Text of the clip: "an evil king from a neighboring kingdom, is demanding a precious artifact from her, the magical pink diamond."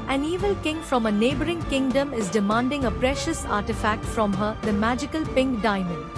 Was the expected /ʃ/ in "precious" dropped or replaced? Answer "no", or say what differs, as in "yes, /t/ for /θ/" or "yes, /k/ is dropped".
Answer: no